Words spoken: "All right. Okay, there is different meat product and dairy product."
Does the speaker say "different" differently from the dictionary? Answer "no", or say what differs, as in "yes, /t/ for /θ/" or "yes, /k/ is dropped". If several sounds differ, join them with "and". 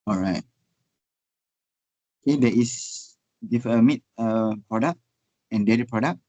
yes, /ɹ/ is dropped